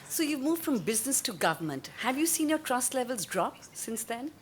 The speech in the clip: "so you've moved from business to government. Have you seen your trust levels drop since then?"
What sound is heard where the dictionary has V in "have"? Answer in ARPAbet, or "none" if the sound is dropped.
V